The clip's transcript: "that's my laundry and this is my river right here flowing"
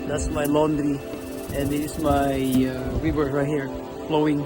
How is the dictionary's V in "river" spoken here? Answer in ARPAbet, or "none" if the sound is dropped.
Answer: W